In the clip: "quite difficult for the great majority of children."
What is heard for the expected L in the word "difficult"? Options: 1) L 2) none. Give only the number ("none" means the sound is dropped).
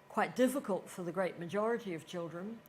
1